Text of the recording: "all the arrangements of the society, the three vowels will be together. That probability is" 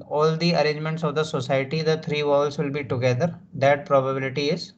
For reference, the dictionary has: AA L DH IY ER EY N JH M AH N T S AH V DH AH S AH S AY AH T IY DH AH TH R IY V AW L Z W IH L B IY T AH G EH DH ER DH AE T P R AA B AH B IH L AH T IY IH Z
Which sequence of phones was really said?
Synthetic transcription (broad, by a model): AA L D IY ER EY N JH M AH N T S AH V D AH S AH S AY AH T IY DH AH T R IY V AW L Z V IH L B IY T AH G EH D ER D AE T P R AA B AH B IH L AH T IY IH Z